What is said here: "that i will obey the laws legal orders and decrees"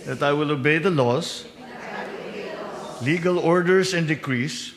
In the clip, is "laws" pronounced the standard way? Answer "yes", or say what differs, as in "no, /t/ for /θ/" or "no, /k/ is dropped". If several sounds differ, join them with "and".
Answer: no, /s/ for /z/